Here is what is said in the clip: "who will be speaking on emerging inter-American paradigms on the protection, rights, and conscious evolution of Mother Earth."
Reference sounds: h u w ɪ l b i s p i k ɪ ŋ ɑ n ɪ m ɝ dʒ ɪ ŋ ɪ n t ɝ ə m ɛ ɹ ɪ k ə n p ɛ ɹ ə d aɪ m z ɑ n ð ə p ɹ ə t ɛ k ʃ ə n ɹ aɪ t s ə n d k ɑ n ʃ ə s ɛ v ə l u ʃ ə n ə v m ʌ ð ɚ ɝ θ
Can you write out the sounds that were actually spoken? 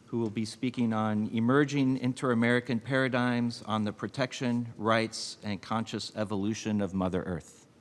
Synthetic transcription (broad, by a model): h u w ɪ l b i s p i k ɪ ŋ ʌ n ɪ m ɝ dʒ ɪ ŋ ɪ n t ɝ ə m ɛ ɹ ɪ k ə n p ɛ ɹ ə d aɪ m z n ð ə p ɹ ə t ɛ k ʃ ə n ɹ aɪ t s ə n k ɑ n ʃ ə s ɛ v ə l u ʃ ə n ə v m ʌ ð ɚ ɝ θ